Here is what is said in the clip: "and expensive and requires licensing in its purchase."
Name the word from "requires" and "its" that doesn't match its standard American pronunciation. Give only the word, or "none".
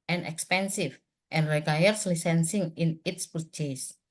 requires